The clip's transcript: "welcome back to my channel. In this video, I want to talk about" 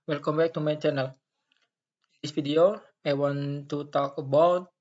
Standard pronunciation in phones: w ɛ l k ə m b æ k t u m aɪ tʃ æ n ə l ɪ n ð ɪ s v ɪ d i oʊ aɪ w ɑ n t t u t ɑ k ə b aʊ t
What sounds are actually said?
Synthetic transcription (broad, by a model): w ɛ l k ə m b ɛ k t u m aɪ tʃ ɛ n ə l ɪ n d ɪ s f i d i oʊ aɪ w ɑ n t t u t ɑ k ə b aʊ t